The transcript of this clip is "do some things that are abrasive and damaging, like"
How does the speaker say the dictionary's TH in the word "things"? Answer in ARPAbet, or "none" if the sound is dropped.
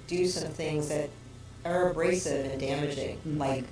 TH